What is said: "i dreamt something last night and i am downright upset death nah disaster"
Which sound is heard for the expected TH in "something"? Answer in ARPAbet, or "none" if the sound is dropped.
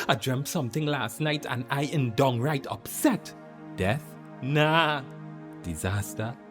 TH